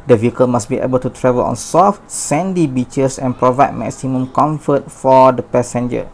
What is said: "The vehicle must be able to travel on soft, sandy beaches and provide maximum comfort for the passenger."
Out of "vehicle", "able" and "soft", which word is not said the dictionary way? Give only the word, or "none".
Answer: none